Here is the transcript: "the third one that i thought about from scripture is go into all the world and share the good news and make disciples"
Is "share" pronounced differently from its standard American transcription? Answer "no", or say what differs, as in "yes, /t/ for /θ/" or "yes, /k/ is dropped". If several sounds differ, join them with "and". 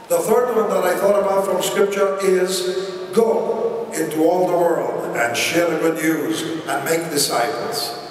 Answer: no